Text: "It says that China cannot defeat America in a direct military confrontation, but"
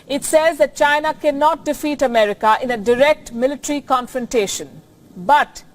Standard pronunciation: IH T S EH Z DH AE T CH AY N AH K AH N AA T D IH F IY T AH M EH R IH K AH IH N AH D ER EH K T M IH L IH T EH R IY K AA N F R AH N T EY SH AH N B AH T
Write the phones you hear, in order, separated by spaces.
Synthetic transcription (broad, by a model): IH T S EH Z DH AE T CH AY N AH K AH N AA T D IH F IY T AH M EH R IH K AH IH N AH D ER EH K T M IH L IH T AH R IY K AA N F R AH N T EY SH AH N B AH T